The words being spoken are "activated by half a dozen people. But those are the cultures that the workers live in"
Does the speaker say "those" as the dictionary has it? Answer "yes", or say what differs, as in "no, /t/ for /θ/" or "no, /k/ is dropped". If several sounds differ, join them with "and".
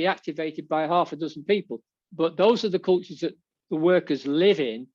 yes